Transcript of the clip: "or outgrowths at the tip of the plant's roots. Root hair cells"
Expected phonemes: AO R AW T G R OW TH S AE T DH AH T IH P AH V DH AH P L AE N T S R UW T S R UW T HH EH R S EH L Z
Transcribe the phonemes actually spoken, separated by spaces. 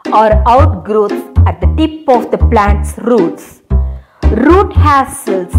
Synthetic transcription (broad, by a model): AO R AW T G R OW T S AE T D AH T IH P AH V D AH P L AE N T S R UW T S R UW T HH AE S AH L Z